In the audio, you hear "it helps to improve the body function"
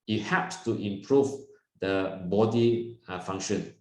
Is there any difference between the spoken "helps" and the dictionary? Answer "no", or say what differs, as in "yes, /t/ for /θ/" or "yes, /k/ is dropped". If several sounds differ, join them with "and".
yes, /l/ is dropped